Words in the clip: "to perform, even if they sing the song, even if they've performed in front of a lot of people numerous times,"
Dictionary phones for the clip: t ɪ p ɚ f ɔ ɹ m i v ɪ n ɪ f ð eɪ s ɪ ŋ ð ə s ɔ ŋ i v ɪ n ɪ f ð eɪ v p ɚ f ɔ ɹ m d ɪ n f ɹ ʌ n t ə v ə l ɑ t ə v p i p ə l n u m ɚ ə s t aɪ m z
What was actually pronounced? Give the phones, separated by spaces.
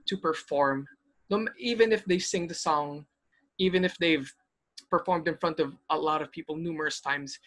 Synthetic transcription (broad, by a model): t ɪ p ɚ f ɔ ɹ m i v ɪ n ɪ f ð eɪ s ɪ ŋ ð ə s ɔ ŋ i v ɪ n ɪ f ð eɪ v p ɚ f ɔ ɹ m d ɪ n f ɹ ʌ n t ə v ə l ɑ t ə v p i p ə l n u m ɚ ə s t aɪ m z